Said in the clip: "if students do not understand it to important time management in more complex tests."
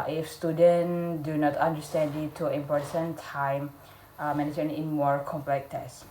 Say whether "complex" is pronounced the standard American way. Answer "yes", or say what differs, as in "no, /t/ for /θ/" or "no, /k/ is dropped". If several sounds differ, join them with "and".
no, /s/ is dropped